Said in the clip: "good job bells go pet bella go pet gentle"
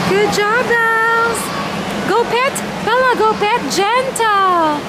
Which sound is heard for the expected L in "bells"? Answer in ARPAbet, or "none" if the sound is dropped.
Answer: none